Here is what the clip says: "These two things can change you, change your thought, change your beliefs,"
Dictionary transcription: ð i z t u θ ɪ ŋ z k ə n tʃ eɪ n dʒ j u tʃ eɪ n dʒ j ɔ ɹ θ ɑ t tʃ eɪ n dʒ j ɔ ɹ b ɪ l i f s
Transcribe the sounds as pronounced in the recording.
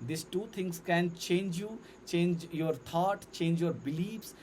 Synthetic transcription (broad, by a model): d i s t u t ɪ ŋ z k ə n tʃ eɪ n dʒ j u tʃ eɪ n dʒ j ɔ ɹ t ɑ t tʃ eɪ n dʒ j ɔ ɹ b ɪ l i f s